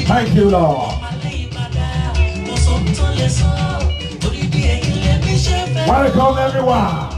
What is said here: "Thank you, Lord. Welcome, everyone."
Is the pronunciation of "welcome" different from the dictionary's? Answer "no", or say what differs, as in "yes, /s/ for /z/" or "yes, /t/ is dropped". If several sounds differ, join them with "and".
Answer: yes, /l/ is dropped